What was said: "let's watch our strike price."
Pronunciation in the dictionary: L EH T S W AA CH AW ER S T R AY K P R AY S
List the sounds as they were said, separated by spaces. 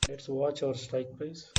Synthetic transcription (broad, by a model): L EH T S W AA CH AW ER S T AY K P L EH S